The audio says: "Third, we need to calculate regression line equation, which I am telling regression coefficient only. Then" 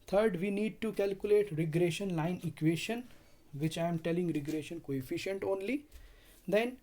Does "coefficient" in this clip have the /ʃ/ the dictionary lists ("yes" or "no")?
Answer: yes